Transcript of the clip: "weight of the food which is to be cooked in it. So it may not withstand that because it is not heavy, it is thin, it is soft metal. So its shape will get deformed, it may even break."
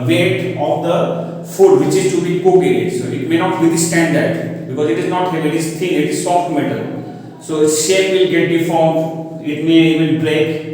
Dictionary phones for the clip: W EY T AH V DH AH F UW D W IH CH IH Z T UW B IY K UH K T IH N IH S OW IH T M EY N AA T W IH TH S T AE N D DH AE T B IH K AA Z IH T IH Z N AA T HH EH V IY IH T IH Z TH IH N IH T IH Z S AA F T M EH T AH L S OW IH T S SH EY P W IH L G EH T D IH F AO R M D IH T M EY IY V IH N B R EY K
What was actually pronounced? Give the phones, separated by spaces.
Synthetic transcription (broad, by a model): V EY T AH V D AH F UW D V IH CH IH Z T UW B IY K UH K IH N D S OW IH T M EY N AA T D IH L S T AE N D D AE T B IH K AA Z IH T IH Z N AA T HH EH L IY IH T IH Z T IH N IH T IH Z S AA F T M EH T AH L S OW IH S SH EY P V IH L G EH T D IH F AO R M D IH T M EY IY V IH N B R EY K